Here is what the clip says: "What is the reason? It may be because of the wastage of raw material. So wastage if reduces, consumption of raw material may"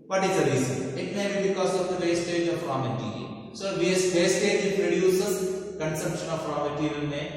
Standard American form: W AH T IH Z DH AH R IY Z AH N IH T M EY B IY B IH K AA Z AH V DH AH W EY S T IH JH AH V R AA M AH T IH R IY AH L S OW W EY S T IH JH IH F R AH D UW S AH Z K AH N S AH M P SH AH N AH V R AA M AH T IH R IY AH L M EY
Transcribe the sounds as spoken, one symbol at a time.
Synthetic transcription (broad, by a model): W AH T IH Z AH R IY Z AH IH T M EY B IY B IH K AA Z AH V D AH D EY S T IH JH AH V R AA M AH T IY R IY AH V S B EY S T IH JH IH P R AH D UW S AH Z K AH N S AH M P SH AH N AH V R AA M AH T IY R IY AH N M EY